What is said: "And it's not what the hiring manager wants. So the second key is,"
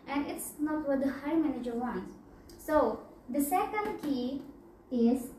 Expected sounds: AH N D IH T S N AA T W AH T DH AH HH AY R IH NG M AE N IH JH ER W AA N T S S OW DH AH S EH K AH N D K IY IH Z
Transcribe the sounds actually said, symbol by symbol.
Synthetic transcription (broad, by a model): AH N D IH T S N AA T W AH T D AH HH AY IH M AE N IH JH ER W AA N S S OW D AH S EH K AH N D K IY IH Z